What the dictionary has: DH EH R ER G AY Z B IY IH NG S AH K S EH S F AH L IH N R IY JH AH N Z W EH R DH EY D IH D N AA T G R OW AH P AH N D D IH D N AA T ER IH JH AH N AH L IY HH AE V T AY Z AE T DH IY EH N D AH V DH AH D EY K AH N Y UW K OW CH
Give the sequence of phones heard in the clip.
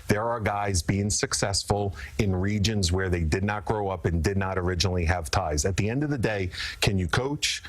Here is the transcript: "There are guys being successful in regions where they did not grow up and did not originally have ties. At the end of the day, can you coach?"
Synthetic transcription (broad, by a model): DH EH R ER G AY Z B IY IH NG S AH K S EH S F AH L IH N R IY JH AH N Z W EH R DH EY D IH D N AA T G R OW AH P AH N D D IH D N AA T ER IH JH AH N L IY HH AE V T AY Z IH T DH IY EH N D AH V DH AH D EY K AH N Y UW K OW CH